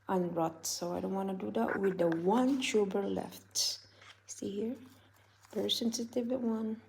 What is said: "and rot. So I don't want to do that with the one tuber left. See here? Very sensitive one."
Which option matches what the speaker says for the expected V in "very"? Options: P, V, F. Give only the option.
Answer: P